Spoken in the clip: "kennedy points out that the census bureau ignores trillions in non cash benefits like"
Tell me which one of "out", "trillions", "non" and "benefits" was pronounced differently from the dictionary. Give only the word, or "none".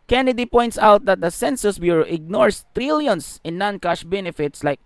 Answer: trillions